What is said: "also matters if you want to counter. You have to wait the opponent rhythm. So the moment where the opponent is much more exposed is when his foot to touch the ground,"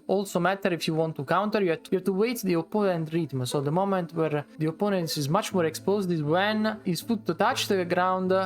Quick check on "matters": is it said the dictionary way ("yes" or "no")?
no